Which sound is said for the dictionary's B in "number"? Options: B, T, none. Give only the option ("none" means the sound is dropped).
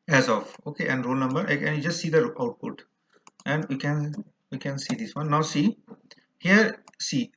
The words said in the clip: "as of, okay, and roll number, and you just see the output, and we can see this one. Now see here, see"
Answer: B